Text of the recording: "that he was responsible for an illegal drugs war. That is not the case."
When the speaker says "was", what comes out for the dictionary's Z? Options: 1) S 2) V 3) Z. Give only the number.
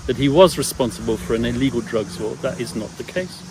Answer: 3